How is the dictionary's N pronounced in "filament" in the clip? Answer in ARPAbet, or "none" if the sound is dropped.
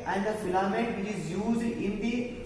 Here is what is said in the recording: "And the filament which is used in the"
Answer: none